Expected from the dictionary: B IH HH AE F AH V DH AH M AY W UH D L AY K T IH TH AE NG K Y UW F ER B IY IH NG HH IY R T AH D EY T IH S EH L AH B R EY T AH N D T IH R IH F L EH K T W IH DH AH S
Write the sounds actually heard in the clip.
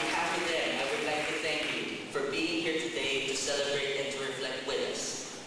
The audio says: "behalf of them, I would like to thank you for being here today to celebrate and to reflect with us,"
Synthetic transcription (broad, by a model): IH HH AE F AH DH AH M AY W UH D L AY K T IH TH AE NG K Y UW F ER B IY IH NG HH IY R T AH D EY T IH S EH L AH B R EY T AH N T IH R IH F L EH K T W IH DH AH S